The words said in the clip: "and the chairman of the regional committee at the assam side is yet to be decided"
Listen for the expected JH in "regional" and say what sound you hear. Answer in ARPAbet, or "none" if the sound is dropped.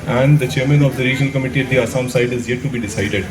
JH